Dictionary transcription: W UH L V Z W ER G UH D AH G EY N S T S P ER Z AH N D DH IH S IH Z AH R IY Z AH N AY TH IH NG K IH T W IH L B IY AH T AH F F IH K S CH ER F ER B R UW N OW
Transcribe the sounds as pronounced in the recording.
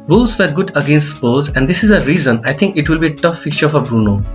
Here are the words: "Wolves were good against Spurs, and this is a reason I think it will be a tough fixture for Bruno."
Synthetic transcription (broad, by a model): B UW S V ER G UH D AH G EY N S T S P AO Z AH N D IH S IH Z AH R IY Z AH N AY T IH NG K IH T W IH L B IY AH T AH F F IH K CH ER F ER B R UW N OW